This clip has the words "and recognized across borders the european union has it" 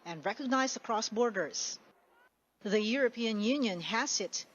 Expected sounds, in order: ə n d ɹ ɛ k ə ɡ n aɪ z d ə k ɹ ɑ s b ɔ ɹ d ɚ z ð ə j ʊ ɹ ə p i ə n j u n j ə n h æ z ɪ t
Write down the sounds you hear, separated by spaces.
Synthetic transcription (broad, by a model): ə n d ɹ ɛ k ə ɡ n aɪ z ə k ɹ ɑ s b ɔ ɹ d ɚ z ð ə j ʊ ɹ ə p i ə n j u n j ə n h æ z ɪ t